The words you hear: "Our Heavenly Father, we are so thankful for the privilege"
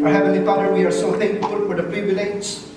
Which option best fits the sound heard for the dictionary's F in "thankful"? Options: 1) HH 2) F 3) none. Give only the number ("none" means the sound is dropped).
3